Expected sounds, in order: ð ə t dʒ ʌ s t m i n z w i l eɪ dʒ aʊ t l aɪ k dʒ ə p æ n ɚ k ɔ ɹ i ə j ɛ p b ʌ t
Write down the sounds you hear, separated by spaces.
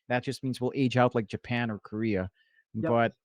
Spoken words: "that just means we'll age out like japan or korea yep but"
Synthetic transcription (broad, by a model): ð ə t dʒ ʌ s t m i n z w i l eɪ dʒ aʊ t l aɪ k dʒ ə p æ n ɚ k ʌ ɹ i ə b ʌ t